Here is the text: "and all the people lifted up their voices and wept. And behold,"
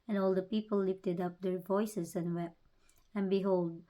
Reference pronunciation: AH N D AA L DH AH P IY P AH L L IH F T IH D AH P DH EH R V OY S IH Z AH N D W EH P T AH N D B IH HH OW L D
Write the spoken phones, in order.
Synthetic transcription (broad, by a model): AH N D AA L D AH P IY P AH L L IH F T IH D AH P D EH R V OY S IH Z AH N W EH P AH N B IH HH OW L D